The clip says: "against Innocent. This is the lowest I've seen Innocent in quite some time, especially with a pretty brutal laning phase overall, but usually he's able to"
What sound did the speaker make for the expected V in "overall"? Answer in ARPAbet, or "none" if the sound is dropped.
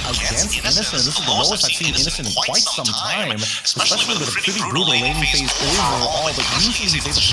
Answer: none